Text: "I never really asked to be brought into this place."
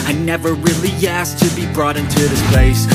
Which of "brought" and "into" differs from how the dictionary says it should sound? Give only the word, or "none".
none